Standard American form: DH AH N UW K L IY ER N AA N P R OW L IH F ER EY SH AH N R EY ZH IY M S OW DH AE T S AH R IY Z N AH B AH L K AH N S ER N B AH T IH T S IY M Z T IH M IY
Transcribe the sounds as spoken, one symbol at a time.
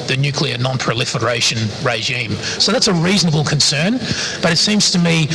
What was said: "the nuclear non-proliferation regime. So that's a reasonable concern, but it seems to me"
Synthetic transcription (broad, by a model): DH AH N UW K L IY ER N AA N P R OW L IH F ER EY SH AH N R EY ZH IY M S OW DH AE T S AH R IY Z N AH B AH L K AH N S ER N B AH T IH T S IY M Z T IH M IY